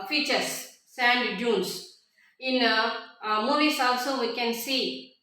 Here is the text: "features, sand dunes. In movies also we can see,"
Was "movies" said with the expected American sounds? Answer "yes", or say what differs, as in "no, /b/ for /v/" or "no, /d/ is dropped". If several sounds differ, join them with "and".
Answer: no, /s/ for /z/